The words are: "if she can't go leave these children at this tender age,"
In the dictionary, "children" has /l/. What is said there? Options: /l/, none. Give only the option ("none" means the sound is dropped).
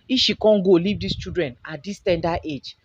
none